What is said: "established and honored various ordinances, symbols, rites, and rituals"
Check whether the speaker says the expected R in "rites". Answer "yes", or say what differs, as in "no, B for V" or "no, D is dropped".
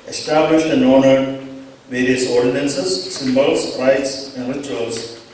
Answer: yes